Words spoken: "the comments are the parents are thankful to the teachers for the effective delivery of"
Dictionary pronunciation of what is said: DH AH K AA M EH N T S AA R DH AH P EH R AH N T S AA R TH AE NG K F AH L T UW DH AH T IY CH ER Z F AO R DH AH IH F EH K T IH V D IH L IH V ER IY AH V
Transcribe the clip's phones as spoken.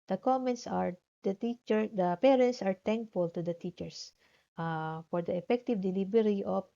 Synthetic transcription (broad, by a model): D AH K AA M EH N T S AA R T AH P EH R AH N T S AA R T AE NG K F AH L T UW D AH T IY CH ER S F AO R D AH IH F EH K T IH V D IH L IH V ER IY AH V